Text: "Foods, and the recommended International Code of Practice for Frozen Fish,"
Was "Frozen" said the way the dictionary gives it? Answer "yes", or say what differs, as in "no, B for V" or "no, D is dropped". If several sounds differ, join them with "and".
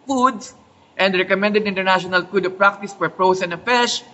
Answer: no, P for F and S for Z